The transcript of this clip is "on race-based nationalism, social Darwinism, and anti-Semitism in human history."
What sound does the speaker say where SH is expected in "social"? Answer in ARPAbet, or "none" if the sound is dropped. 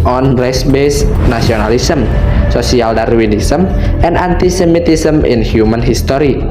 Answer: S